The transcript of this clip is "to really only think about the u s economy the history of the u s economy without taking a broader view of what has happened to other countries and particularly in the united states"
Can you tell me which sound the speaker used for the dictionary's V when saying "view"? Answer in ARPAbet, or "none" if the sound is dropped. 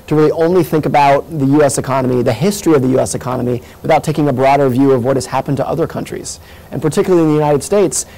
V